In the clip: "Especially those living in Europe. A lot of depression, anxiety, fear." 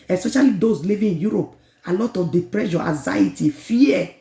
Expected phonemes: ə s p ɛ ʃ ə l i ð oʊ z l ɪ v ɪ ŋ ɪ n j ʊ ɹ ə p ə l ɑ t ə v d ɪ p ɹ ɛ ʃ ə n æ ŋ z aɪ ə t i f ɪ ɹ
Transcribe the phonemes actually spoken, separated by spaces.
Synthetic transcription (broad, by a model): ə s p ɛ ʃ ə l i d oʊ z l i v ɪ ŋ ɪ n j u ɹ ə p ə l ɑ t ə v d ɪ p ɹ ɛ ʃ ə æ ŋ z aɪ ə t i f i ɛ